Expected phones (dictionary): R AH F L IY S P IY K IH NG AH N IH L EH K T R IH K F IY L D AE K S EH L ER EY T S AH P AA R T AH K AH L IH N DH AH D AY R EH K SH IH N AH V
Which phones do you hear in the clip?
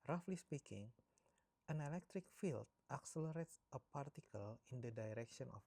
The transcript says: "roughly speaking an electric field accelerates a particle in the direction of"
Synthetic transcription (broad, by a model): R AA F L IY S P IY K IH NG AH N IH L EH K T R IH K F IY L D AE K S EH L ER EY T S AH P AA R T AH K AH L IH N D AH D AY R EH K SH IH N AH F